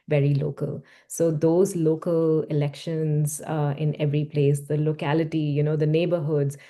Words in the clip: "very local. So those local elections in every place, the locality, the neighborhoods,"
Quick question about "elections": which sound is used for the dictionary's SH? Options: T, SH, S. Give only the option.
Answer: SH